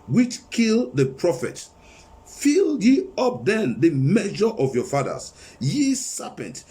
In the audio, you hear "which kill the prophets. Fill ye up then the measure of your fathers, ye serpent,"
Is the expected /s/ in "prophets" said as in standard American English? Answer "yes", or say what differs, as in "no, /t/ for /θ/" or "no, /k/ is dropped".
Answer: no, /s/ is dropped